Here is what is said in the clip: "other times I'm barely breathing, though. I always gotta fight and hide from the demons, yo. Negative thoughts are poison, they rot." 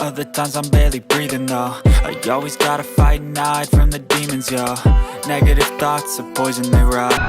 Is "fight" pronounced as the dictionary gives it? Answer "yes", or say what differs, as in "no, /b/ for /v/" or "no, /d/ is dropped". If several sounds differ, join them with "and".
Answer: no, /t/ is dropped